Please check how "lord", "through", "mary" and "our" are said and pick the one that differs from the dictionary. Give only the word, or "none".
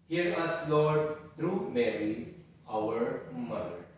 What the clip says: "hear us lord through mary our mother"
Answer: through